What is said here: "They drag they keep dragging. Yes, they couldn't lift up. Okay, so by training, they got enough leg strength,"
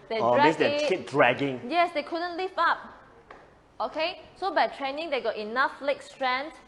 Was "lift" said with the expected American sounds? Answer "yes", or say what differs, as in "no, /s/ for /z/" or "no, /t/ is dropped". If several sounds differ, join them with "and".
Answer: no, /t/ is dropped